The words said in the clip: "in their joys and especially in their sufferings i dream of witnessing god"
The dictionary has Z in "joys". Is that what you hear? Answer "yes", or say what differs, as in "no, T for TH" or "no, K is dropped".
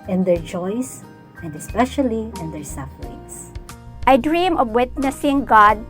no, S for Z